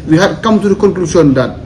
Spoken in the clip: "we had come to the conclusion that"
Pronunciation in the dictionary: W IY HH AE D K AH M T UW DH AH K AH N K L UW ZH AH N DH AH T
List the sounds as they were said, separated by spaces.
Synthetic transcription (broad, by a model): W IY HH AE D K AH M T UW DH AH K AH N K L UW S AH N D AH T